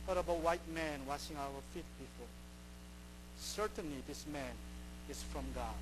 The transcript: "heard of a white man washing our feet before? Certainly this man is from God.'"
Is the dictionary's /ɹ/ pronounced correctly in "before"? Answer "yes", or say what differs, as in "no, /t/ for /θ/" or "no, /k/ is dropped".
no, /l/ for /ɹ/